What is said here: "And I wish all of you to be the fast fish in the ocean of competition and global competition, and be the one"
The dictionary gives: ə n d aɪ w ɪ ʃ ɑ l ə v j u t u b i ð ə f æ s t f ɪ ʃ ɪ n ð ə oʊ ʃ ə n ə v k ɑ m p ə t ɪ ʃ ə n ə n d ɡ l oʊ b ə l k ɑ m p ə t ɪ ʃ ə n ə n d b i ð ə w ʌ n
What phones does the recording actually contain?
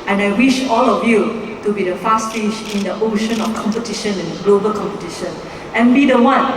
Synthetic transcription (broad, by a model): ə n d aɪ w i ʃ ɑ l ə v j u t u b i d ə f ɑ s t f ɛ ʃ ɪ n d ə oʊ ʃ ə n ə f k ɑ m p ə t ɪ ʃ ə n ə n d ɡ l oʊ b ə l k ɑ m p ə t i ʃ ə n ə n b i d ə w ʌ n